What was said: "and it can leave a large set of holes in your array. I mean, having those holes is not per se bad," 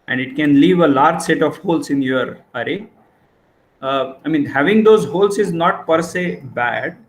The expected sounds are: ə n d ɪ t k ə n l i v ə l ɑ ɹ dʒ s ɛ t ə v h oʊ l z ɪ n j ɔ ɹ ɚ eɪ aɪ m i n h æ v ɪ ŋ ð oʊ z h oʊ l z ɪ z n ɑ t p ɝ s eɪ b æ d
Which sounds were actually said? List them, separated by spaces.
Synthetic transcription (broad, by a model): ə n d ɪ t k ə n l i v ə l ɑ ɹ dʒ s ɛ t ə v h oʊ l s ɪ n j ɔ ɹ ɚ eɪ aɪ m i n h æ v ɪ ŋ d oʊ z h oʊ l s ɪ z n ɑ t p ɝ s eɪ b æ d